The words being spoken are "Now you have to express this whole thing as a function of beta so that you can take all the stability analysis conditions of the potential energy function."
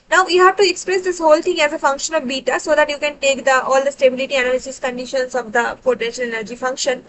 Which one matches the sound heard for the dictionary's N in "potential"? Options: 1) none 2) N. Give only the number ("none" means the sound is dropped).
2